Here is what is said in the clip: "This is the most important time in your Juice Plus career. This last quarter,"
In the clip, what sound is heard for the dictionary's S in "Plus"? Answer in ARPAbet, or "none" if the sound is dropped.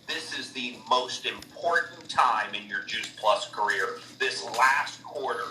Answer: S